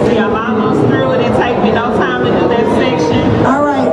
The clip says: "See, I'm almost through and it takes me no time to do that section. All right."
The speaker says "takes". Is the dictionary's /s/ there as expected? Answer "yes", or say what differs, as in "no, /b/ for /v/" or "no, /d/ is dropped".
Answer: no, /s/ is dropped